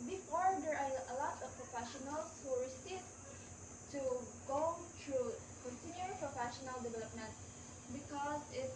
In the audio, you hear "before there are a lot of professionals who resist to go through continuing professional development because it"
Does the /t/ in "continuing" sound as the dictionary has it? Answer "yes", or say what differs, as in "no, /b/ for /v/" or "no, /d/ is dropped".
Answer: no, /s/ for /t/